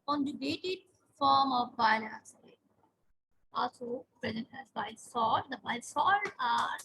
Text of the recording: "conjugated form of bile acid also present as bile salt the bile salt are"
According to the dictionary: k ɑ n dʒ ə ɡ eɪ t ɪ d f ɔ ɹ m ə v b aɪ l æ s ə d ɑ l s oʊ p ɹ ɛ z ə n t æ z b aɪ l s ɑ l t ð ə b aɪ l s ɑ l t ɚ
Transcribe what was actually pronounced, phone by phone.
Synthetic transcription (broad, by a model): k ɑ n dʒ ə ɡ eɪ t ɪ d f ɔ ɹ m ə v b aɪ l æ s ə ɑ l s oʊ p ɹ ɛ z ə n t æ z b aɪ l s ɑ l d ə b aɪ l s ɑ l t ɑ